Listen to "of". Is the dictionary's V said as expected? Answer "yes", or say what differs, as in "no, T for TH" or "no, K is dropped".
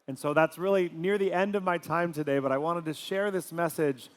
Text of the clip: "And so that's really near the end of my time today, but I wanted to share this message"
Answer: yes